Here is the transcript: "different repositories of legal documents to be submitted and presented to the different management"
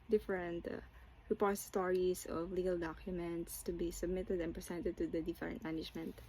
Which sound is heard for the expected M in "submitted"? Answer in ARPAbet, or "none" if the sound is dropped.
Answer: M